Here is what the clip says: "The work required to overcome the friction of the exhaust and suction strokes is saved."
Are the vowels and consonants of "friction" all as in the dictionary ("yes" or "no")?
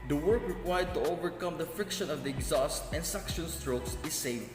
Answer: yes